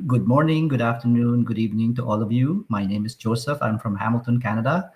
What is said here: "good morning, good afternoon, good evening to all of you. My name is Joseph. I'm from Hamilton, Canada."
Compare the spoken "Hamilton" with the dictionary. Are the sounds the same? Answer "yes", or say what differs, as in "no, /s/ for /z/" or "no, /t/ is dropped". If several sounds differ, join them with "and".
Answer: yes